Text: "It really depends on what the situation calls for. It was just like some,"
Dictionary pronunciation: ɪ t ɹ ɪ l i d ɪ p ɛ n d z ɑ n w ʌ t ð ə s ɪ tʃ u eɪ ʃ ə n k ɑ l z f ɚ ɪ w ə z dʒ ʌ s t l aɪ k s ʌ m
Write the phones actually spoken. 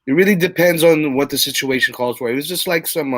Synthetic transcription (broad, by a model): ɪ t ɹ ɪ l i d ɪ p ɛ n d z n w ʌ t ð ə s ɪ tʃ u eɪ ʃ ə n k ɑ l z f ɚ ɪ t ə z dʒ ʌ s t l aɪ k s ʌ m